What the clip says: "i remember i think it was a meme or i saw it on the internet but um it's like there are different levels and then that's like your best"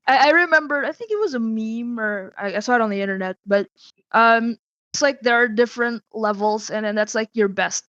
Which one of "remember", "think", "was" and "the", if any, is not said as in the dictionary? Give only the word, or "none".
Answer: none